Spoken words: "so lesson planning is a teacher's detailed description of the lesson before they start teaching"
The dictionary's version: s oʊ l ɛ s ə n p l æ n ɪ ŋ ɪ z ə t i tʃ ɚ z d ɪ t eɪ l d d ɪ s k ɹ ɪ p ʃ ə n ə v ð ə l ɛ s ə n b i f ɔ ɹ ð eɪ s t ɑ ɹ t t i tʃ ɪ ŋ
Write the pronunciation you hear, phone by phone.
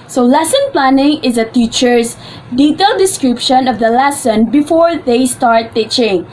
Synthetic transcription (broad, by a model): s oʊ l ɛ s ə n p l æ n ɪ ŋ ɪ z ə t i tʃ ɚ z d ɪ t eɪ l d d ɪ s k ɹ ɪ p ʃ ə n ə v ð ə l ɛ s ə n b i f ɔ ɹ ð eɪ s t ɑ ɹ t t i tʃ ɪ ŋ